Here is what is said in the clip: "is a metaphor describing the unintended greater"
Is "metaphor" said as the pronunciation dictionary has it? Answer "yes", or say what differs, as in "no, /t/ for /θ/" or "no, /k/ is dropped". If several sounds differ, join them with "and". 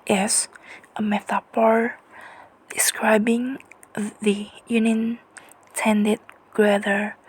no, /p/ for /f/